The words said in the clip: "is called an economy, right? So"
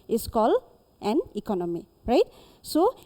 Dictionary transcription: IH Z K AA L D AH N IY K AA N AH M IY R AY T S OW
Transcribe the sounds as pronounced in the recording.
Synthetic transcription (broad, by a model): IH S K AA L AH N IY K AA N AH M IY R AY T S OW